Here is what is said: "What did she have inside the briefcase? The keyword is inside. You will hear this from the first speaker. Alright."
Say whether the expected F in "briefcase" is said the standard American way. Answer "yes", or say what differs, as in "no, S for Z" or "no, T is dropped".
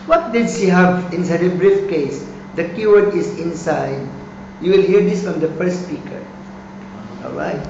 yes